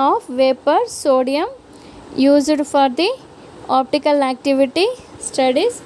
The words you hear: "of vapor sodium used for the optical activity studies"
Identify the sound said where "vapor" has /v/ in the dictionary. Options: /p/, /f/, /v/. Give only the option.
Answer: /v/